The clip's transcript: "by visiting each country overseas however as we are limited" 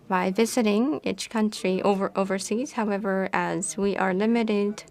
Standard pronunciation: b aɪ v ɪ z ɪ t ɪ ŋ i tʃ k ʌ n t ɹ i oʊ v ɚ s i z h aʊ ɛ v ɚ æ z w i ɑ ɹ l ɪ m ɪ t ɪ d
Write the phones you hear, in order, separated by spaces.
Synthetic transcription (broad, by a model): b aɪ v ɪ z ɪ t ɪ ŋ i tʃ k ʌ n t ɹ i oʊ v ɚ s i z h aʊ ɛ v ɚ æ z w i ɑ ɹ l ɪ m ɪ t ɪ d